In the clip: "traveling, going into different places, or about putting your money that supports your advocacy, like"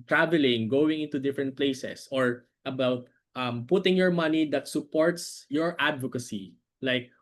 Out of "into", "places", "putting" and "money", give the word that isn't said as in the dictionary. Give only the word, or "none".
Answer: places